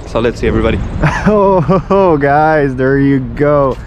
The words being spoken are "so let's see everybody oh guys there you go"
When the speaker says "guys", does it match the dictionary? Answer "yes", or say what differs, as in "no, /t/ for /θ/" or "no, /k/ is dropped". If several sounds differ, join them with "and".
yes